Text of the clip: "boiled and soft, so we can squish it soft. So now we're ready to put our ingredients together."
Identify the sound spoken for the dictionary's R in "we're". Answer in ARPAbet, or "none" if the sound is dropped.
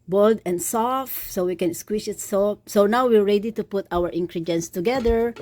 R